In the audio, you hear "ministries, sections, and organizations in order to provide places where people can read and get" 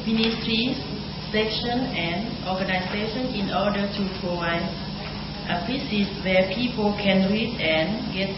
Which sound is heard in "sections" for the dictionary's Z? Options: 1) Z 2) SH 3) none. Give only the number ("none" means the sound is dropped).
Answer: 3